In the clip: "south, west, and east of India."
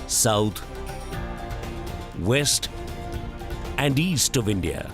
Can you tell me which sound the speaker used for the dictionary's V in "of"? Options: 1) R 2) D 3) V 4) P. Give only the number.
3